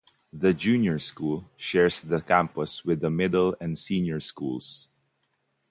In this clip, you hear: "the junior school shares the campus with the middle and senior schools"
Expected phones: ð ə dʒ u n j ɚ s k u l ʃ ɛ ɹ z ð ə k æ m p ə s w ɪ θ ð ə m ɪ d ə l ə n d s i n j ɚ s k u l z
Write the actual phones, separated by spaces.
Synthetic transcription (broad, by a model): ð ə dʒ u n j ɚ s k u l ʃ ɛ ɹ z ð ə k æ m p ə s w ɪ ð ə m ɪ d ə l ə n d s i n j ɚ s k u l s